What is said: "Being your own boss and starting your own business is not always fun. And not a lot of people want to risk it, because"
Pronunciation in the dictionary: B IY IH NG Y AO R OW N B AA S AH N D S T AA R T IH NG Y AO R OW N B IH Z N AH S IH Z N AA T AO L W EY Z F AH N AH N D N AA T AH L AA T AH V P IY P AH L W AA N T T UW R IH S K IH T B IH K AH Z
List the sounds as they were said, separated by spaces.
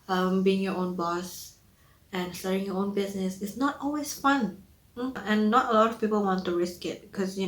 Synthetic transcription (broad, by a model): B IY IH NG Y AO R OW N B AA S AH N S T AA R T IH NG Y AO OW N B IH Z N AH S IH S N AA T AO L W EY S F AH N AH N N AA T AH L AA T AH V P IY P AH L W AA N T T UW R IH S K IH T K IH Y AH